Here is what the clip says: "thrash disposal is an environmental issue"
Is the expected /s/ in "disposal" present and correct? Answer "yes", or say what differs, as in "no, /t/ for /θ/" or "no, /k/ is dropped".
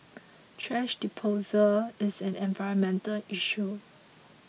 no, /s/ is dropped